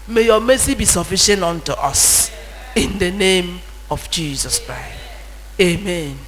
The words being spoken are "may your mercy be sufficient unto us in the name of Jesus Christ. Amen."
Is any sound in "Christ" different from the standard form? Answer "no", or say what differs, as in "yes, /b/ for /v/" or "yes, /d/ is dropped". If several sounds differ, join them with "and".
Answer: no